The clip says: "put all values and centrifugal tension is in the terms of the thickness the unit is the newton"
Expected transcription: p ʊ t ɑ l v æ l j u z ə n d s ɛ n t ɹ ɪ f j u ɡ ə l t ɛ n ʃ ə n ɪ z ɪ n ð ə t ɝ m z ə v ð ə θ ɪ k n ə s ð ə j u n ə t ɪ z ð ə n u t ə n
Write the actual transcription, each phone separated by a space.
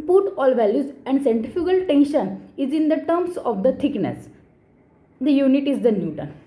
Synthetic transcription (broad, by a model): p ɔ t ɑ l v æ l j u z ə n d s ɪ n t ɪ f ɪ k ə l t ɛ n ʃ ə n ɪ z ɪ n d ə t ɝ m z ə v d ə t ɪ k n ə s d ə j u n ə t ɪ z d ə n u t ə n